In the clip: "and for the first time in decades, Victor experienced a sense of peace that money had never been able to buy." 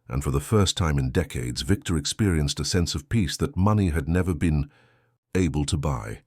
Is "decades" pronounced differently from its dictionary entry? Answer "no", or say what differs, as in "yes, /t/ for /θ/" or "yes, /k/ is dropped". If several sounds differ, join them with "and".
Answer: no